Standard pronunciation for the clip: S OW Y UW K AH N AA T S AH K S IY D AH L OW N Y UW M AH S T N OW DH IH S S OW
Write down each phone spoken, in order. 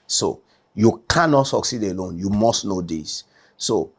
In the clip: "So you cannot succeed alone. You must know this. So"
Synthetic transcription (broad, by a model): S OW Y UW K AH N AA T S AH K S IY D AH L OW N Y UW M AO S T N OW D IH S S OW